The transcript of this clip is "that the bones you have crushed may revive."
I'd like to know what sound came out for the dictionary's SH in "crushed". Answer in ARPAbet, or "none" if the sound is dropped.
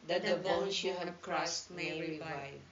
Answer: S